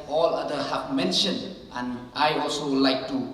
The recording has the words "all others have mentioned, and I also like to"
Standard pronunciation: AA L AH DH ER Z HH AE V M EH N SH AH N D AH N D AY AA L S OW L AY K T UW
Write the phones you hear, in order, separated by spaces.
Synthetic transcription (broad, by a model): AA L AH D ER HH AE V M EH N SH AH N D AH N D AY AA L S OW L AY K T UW